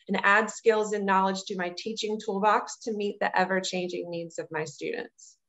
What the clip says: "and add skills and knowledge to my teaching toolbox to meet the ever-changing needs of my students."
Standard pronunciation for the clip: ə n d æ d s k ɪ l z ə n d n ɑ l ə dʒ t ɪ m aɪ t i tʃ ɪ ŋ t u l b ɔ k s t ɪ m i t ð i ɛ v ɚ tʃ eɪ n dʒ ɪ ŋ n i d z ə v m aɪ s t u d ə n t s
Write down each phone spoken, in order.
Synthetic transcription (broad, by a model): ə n æ d s k ɪ l z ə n n ɑ l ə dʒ t ɪ m aɪ t i tʃ ɪ ŋ t u l b ɔ k s t ɪ m i t ð i ɛ v ɚ tʃ eɪ n dʒ ɪ ŋ n i d z ə v m aɪ s t u d n t s